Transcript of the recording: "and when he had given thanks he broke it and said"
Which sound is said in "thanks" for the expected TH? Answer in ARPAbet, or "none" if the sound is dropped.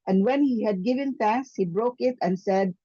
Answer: T